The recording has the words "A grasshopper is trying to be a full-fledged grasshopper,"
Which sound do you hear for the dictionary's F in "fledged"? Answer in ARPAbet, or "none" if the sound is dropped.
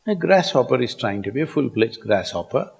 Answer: P